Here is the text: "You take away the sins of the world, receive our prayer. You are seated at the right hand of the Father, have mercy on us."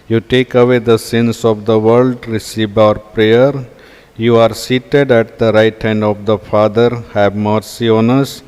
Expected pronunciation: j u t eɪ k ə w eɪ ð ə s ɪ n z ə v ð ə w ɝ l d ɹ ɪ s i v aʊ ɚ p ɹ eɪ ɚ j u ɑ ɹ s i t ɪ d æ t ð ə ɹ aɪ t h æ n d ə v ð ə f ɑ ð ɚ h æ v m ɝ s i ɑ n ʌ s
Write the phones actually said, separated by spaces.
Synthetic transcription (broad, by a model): j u t eɪ k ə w eɪ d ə s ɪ n s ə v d ə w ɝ l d ɹ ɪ s i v aʊ ɚ p ɹ eɪ ɚ j u ɑ ɹ s i t ɪ d æ t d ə ɹ aɪ t h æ n d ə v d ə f ɑ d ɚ h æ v m ɝ s i ɑ n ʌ s